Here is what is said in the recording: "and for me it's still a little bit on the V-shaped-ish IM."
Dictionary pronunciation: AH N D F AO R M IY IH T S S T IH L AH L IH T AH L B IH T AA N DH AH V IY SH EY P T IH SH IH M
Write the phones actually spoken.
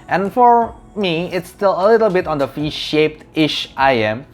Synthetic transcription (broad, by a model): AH N F AO R M IY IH T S S T IH L AH L IH T AH L B IH T AA N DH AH F IY SH EY P T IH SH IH M